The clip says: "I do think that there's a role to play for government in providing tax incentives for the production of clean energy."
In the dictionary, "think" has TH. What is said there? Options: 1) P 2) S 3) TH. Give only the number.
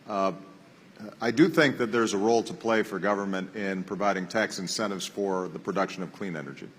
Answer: 3